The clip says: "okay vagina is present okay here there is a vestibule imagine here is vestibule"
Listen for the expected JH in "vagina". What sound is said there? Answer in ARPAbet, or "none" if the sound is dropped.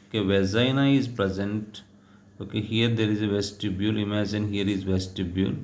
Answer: Z